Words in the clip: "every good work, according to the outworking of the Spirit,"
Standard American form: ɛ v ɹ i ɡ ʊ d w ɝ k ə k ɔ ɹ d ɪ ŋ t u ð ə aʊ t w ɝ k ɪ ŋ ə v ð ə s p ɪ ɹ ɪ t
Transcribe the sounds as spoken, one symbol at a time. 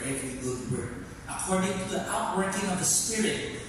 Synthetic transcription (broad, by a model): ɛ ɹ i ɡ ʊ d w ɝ ə k ɔ ɹ d ɪ ŋ t u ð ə aʊ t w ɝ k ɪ ŋ ə v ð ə s p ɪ ɹ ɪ t